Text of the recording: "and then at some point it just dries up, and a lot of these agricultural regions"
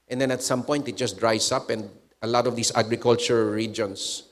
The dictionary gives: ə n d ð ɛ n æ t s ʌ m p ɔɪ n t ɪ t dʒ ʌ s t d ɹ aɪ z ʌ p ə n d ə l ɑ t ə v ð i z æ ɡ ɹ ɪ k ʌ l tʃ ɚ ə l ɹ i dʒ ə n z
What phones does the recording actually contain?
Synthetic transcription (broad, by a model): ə n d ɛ n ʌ t s ʌ m p ɔɪ n t ɪ t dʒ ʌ s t d ɹ aɪ s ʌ p ə n d ə l ɑ t ə v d i s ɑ ɡ ɹ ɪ k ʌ l tʃ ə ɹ ɹ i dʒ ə n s